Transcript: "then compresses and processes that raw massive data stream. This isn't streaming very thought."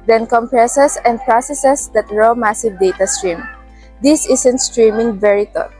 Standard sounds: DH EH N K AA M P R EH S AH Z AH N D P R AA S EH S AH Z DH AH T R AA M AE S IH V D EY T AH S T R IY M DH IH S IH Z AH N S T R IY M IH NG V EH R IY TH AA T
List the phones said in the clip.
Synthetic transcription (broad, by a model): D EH N K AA M P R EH S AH S AH N D P R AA S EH S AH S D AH T R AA M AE S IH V D EY T AH S T R IY M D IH S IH S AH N S T R IY M IH NG V EH R IY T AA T